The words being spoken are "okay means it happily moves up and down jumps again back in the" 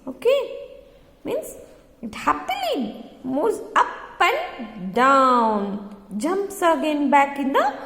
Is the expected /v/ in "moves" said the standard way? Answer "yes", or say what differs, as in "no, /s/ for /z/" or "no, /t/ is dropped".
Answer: no, /v/ is dropped